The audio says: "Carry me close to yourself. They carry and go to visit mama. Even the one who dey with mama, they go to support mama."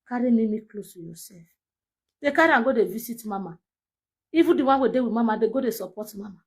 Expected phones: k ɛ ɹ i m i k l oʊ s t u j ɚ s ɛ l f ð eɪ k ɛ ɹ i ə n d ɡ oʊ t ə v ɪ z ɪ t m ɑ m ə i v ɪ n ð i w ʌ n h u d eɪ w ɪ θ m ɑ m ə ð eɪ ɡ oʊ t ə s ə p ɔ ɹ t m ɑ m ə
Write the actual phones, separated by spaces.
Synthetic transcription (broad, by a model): k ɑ ɹ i m i k l oʊ s t u j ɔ s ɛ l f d eɪ k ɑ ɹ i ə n ɡ oʊ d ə v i s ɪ t m ɑ m ə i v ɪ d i w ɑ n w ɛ d eɪ w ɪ m ɑ m ə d eɪ ɡ oʊ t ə s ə p ɔ t m ɑ m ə